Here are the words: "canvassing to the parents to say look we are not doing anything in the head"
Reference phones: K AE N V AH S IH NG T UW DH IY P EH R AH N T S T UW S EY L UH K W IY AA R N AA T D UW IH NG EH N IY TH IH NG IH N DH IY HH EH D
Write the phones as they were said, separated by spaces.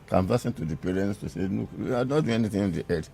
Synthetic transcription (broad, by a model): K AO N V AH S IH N T UW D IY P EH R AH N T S T UW S EY N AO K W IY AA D N AA T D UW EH N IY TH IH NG IH N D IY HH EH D